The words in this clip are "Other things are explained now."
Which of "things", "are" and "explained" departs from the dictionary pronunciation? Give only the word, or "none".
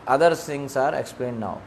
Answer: things